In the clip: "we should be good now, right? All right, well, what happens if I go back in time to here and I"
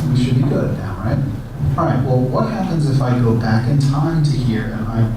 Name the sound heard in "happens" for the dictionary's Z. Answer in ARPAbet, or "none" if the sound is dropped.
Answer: Z